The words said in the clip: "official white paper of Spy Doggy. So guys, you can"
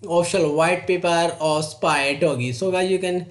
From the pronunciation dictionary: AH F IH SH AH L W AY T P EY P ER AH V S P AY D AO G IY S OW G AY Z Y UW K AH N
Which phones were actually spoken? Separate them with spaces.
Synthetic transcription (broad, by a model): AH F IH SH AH L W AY T P EY P ER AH S P AY D AO G IY S OW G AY Y UW K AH N